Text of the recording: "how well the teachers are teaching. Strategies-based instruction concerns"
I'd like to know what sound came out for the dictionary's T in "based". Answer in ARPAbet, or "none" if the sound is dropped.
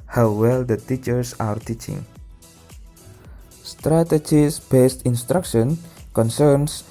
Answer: T